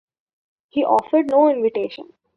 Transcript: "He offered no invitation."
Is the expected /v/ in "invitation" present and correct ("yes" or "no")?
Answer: yes